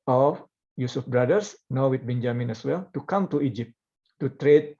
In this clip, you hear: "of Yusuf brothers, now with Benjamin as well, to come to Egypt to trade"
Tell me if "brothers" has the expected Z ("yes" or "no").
no